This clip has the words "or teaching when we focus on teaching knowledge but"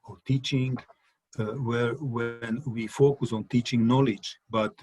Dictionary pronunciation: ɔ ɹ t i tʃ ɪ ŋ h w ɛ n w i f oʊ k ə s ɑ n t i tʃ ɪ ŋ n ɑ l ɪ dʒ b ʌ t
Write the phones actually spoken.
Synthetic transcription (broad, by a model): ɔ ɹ t i tʃ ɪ ŋ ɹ w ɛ n w i f oʊ k ə s ɑ n t i tʃ ɪ ŋ n ɑ l ɪ dʒ b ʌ t